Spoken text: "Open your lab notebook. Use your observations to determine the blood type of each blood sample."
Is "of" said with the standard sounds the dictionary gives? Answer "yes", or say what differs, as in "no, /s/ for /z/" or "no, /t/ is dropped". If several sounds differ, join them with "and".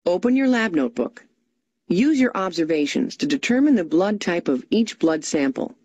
yes